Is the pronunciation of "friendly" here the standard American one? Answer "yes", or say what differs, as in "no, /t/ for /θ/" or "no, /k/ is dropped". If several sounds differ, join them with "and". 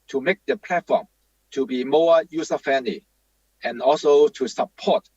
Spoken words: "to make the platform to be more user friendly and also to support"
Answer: no, /ɹ/ is dropped